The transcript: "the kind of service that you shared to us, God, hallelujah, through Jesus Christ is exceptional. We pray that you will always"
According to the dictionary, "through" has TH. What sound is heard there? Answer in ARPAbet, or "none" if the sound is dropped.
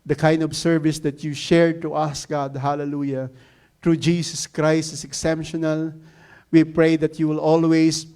T